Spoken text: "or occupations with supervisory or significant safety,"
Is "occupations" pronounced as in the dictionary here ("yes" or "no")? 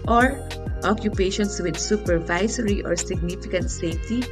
no